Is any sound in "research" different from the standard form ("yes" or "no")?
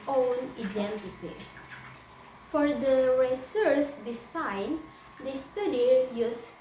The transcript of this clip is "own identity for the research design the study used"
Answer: yes